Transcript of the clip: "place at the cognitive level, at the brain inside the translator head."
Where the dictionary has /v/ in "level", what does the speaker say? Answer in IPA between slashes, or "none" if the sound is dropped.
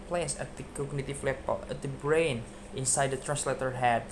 /b/